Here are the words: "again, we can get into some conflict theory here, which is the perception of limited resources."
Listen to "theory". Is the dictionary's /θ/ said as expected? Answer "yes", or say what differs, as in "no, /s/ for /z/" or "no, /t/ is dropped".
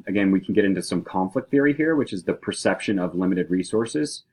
yes